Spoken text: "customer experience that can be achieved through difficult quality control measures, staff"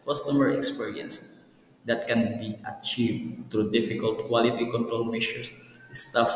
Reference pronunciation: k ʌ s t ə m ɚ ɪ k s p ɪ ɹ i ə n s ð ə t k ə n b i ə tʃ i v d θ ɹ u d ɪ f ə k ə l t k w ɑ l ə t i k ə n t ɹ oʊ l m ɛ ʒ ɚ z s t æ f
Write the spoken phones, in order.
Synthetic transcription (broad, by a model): k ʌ s t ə m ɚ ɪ k s p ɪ ɹ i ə n s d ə t k ə n b i ə tʃ i v d t ɹ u d ɪ f ə k ə l t k w ɑ l ə t i k ə n t ɹ oʊ l m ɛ ʃ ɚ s s t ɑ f